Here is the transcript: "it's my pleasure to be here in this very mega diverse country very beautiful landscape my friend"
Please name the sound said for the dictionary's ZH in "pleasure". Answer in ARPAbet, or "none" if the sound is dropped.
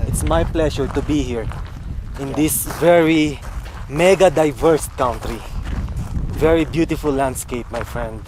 SH